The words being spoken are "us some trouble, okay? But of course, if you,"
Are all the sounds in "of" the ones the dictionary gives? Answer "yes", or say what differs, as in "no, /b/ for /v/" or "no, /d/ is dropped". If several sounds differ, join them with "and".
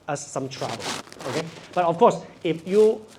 no, /f/ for /v/